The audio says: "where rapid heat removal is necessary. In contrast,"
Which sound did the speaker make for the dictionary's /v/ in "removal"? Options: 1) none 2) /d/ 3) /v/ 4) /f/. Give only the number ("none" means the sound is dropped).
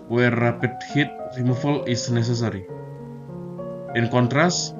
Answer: 4